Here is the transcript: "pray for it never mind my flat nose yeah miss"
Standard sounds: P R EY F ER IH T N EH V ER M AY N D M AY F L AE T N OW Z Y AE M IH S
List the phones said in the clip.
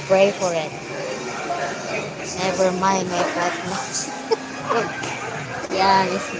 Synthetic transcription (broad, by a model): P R EY F ER IH T N EH V ER M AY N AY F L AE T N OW Y AE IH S